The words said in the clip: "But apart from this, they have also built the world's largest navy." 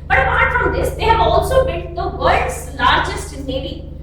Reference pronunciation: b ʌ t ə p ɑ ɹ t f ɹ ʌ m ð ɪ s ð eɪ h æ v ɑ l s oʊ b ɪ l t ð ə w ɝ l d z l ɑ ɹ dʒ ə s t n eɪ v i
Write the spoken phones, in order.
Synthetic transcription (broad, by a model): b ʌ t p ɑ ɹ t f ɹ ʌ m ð ɪ s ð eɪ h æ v ɑ l s oʊ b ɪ t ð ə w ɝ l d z l ɑ ɹ dʒ ə s t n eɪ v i